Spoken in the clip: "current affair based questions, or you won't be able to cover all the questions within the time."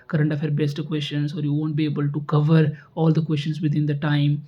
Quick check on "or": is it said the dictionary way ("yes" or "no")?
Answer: yes